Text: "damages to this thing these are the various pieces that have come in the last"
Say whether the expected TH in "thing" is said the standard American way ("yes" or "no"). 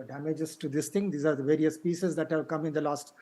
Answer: no